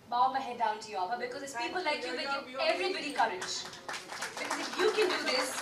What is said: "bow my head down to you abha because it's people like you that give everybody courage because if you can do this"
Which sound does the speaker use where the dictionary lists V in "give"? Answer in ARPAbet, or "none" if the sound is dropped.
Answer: none